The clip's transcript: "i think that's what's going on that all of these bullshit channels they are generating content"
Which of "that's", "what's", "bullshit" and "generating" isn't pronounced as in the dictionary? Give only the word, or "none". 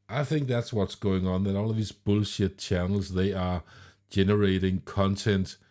none